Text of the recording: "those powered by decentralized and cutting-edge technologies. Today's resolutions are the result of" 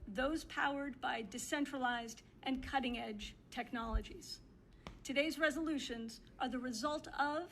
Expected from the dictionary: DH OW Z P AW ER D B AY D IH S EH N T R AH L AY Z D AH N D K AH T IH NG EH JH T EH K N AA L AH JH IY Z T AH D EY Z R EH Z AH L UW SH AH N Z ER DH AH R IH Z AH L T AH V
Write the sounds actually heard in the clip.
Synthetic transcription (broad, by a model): DH OW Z P AW ER D B AY D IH S EH N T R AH L AY Z D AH N K AH T IH NG EH JH T EH K N AA L AH JH IY Z T AH D EY Z R EH Z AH L UW SH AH N Z ER DH AH R IH Z AH L T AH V